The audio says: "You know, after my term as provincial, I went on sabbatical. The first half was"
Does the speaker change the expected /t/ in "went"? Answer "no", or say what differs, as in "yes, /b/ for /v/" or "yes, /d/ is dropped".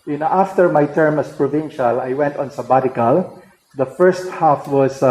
no